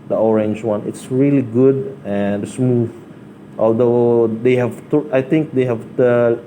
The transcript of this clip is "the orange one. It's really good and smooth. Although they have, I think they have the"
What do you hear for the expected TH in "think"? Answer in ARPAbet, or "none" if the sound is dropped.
T